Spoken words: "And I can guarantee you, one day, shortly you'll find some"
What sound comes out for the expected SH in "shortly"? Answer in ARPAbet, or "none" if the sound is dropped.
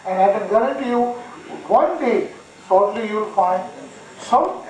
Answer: S